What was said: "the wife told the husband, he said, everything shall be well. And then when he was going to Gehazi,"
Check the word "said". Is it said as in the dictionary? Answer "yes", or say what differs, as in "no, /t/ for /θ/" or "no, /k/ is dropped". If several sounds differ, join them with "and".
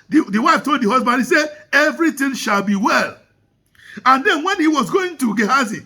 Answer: no, /d/ is dropped